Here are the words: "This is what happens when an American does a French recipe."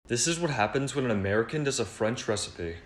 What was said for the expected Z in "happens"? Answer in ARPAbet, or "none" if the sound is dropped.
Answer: Z